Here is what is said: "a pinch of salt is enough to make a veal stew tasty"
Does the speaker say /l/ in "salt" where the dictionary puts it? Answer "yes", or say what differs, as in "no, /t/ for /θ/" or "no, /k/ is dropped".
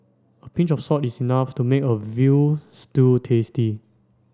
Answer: no, /l/ is dropped